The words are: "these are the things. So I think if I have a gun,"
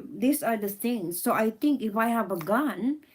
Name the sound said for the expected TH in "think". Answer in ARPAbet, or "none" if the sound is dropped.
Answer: T